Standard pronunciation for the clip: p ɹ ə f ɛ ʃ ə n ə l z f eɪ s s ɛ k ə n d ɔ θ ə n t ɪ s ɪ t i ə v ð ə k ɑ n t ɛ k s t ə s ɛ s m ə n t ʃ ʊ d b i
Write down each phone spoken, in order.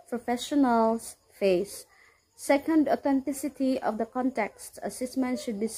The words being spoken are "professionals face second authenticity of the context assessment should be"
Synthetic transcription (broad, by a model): p ɹ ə f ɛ ʃ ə n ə l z f eɪ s s ɛ k ə n d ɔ t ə n t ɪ s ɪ t i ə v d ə k ɑ n t ɛ k s t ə s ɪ s m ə n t ʃ ʊ d b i